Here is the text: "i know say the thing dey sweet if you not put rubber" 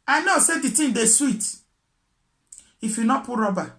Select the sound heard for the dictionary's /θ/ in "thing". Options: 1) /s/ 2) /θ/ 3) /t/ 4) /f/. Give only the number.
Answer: 3